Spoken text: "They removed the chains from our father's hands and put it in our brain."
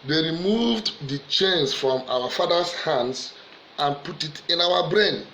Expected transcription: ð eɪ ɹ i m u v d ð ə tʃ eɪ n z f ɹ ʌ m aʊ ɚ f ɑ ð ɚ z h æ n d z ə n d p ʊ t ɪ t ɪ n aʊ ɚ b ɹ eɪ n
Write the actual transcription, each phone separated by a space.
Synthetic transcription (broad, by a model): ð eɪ ɹ i m u v d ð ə tʃ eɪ n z f ɹ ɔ m aʊ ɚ f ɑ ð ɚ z h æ n d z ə n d p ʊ t ɪ t ɪ n aʊ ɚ b ɹ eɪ n